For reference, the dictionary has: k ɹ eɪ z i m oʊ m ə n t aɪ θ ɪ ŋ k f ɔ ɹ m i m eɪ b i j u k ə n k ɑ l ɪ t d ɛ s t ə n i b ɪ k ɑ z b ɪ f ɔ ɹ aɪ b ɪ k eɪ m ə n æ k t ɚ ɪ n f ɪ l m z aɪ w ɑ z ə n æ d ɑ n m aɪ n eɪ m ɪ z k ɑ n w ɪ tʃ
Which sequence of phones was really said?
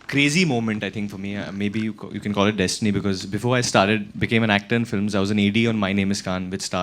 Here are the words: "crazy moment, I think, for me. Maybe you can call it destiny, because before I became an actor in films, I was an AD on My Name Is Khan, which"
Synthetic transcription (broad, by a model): k ɹ eɪ z i m oʊ m ə n t aɪ t ɪ ŋ k f ɔ ɹ m i m eɪ b i j u k ə n k ɑ l ɪ t d ɛ s t ə n i b ɪ k ɑ z b ɪ f ɔ ɹ aɪ b ɪ k eɪ m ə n æ k t ɚ ɪ n f ɪ l m z aɪ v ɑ z ə n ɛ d ɑ n m aɪ n eɪ m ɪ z k ɑ n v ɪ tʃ